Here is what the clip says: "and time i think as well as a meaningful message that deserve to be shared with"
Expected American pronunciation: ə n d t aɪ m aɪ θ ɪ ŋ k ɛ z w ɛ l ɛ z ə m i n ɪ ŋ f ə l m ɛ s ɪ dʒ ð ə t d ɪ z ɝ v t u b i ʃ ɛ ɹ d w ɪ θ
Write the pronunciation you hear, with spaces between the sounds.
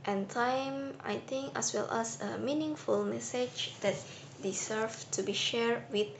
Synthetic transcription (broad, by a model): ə n t aɪ m aɪ t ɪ ŋ k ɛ s w ɛ l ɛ s ə m i n ɪ ŋ f ə l m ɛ s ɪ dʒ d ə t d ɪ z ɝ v t u b i ʃ ɛ ɹ d w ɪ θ